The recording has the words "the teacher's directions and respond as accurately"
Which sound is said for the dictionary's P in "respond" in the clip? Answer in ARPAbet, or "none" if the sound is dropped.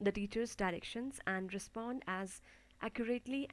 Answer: P